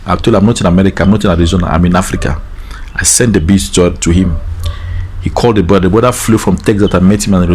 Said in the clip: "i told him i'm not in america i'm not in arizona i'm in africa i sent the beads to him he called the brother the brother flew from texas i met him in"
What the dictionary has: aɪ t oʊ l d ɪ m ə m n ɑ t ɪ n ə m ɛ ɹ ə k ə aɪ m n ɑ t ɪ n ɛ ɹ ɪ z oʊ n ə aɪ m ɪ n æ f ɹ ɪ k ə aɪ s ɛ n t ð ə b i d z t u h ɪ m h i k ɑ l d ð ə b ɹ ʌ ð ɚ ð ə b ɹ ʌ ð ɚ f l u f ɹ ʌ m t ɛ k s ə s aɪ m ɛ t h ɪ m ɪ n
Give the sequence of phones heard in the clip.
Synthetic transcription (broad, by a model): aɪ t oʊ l ɪ ə m n ɑ t ɪ n ə m ɛ ɹ ə k ə aɪ m n ɑ t ɪ n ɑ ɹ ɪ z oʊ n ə aɪ m ɪ n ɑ f ɹ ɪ k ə aɪ s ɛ n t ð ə b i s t t u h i m h i k ɑ l d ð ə b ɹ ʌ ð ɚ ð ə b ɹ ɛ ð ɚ f l u f ɹ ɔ m t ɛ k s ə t aɪ m ɛ t h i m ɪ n